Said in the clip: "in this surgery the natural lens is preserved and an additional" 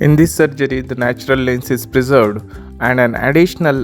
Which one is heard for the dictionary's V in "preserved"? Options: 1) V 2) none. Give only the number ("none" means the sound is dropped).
1